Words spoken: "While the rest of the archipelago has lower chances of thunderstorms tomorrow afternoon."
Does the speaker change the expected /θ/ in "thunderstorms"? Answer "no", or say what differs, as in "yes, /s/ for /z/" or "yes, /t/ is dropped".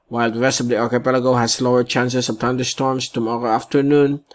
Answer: yes, /t/ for /θ/